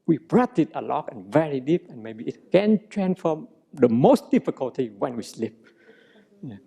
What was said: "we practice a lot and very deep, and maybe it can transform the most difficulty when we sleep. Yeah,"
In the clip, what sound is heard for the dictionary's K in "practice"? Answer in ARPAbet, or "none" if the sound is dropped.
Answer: none